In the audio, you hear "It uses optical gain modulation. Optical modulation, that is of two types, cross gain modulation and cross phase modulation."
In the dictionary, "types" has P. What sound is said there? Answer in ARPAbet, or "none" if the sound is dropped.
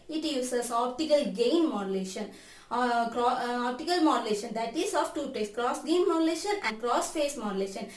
none